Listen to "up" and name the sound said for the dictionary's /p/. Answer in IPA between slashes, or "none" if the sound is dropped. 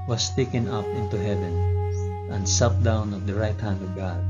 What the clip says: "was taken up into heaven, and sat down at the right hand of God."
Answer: /p/